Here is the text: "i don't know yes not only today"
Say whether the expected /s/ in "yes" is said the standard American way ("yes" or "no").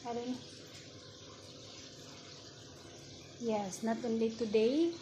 yes